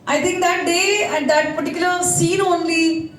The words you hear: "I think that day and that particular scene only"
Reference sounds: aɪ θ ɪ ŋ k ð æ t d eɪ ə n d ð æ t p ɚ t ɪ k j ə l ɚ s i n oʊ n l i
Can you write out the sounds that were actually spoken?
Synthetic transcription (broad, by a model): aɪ t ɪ ŋ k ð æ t d eɪ ə n d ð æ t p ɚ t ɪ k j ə ɚ s i n oʊ n l i